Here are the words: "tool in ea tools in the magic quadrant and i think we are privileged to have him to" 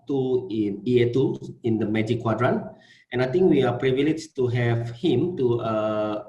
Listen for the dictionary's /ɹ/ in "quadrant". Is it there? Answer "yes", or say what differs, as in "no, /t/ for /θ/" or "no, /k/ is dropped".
yes